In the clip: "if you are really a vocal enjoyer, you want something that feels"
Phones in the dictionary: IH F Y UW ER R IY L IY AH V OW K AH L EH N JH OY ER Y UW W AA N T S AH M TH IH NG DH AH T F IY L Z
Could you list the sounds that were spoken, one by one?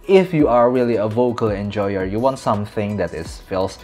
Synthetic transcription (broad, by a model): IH F Y UW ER R IY L IY AH V OW K AH L EH N JH OY ER Y UW W AA N T S AH M TH IH NG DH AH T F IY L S